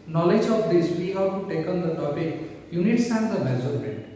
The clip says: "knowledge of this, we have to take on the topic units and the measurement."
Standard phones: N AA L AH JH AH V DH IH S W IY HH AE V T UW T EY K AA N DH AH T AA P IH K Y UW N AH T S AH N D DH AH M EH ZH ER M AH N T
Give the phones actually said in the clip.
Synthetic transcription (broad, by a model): N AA L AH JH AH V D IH S W IY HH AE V T UW T EY K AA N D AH T AA P IH K Y UW N AH T S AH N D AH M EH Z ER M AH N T